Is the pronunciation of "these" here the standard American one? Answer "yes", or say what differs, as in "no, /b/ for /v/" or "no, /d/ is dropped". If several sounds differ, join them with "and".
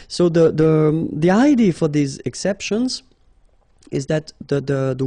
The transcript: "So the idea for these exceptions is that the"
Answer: yes